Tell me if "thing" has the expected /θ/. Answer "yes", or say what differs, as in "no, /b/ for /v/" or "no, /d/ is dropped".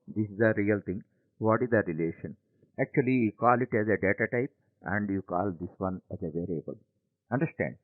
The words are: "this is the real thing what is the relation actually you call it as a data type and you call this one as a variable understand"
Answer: no, /t/ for /θ/